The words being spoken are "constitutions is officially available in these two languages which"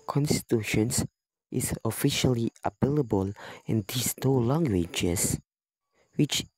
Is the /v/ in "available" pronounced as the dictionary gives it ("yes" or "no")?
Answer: no